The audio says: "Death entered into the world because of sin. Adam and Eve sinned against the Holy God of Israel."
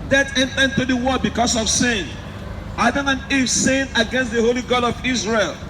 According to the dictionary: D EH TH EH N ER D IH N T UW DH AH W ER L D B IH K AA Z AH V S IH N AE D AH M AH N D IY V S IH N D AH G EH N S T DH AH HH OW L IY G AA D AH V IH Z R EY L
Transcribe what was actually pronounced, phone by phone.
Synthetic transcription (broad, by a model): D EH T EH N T IH N T UW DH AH W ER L B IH K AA S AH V S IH N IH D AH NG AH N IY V S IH N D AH G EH N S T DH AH HH OW L IY G AA D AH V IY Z R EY L